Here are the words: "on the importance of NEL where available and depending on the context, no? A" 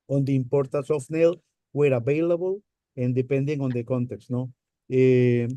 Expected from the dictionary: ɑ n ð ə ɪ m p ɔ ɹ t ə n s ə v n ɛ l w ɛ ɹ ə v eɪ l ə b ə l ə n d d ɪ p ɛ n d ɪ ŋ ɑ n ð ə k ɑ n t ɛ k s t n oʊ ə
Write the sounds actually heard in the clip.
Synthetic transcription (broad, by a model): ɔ n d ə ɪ m p ɔ ɹ t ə s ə f n ɛ l w ɛ ɹ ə b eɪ l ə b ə l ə n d d ɪ p ɛ n d ɪ ŋ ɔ n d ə k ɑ n t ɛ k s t n oʊ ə